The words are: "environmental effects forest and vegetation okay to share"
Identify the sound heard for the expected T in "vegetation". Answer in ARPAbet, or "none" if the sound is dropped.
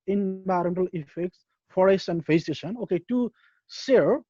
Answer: S